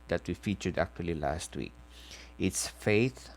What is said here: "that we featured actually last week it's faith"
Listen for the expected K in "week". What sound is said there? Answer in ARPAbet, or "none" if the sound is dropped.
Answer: K